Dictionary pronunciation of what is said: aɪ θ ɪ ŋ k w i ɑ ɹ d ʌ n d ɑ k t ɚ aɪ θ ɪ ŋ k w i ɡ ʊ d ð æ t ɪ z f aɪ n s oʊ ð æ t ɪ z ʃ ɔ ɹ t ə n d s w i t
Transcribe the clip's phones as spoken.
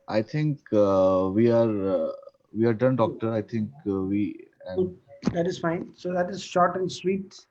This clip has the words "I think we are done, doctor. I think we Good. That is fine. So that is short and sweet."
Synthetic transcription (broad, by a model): aɪ t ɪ ŋ k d i ɑ ɹ d ʌ n d ɑ k t ɚ aɪ t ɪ ŋ k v i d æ t ɪ z f aɪ n s oʊ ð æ t ɪ z ʃ ɔ ɹ t ə n d s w i t